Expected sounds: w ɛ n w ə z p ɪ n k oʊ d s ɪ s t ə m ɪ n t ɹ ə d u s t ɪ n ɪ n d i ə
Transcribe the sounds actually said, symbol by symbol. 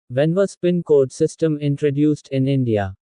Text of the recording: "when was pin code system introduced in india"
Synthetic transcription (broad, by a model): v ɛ n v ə s p ɪ n k oʊ d s ɪ s t ə m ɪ n t ɹ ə d u s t ɪ n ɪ n d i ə